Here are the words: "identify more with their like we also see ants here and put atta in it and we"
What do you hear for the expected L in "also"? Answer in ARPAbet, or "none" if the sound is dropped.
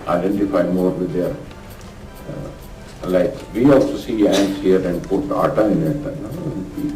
L